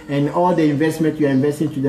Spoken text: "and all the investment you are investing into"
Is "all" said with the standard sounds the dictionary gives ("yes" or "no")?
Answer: yes